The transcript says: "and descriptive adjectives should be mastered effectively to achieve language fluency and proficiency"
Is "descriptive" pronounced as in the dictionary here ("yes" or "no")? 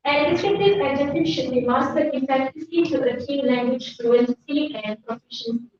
no